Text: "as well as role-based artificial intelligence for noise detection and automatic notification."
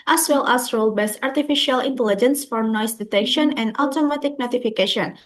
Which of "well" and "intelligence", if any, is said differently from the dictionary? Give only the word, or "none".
none